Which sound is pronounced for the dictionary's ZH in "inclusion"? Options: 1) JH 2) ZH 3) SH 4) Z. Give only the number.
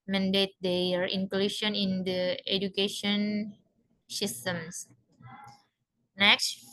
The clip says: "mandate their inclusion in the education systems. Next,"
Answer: 3